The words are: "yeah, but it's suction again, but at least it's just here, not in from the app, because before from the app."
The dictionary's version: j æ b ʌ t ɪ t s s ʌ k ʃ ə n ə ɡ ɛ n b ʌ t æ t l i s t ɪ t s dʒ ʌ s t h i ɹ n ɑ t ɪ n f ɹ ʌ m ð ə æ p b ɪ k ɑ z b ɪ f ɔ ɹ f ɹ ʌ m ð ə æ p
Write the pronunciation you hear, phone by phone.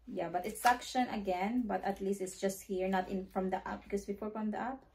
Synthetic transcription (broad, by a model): j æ b ʌ t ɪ t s s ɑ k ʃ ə n ə ɡ ɛ n b ʌ t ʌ t l i s t ɪ t s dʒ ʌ s t h i ɹ n ɑ t ɪ n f ɹ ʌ m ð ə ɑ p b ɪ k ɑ s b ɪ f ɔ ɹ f ɹ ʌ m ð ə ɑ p